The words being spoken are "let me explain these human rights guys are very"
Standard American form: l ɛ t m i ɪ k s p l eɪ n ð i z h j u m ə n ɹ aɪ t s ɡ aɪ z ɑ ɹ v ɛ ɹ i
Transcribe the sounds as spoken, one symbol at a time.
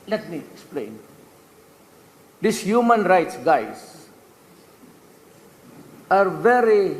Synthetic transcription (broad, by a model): l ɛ t m i ɪ k s p l eɪ n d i s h j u m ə n ɹ aɪ t s ɡ aɪ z ɑ ɹ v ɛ ɹ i